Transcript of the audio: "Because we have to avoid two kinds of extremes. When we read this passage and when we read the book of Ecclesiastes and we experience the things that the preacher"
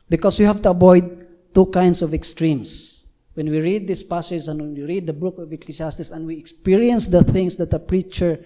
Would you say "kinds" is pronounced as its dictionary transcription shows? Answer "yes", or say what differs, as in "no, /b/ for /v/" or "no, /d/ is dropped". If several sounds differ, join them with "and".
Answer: no, /s/ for /z/